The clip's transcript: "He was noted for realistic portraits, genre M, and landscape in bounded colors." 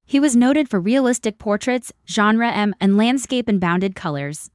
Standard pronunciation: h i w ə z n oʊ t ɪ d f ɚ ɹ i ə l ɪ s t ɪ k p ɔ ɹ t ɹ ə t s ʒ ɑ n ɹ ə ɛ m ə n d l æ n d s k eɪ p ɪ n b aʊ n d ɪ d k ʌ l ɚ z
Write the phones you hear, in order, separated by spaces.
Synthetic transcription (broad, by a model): h i w ə z n oʊ t ɪ d f ɚ ɹ i ə l ɪ s t ɪ k p ɔ ɹ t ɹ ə t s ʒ ɑ n ɹ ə ɛ m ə n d l æ n d s k eɪ p ɪ n b aʊ n d ɪ d k ʌ l ɚ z